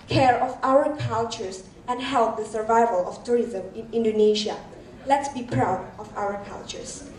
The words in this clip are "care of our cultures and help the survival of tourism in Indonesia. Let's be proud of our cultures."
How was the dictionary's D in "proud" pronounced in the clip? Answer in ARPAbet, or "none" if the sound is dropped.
D